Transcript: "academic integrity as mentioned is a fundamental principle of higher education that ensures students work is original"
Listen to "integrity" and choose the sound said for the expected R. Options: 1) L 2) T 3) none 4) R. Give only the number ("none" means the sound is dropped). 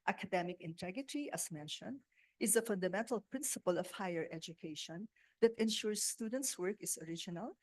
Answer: 3